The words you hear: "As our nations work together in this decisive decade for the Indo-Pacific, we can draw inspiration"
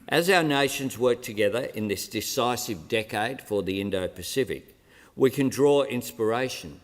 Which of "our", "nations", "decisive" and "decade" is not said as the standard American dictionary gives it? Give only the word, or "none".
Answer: none